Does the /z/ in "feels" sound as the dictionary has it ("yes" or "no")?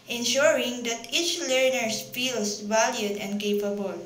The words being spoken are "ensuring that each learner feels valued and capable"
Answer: no